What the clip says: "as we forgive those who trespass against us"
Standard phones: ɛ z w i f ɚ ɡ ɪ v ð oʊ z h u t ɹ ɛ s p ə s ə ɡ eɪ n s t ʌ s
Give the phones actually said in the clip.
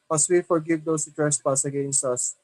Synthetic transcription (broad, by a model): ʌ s w i f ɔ ɡ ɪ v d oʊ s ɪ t ɹ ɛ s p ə s ə ɡ eɪ n s t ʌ s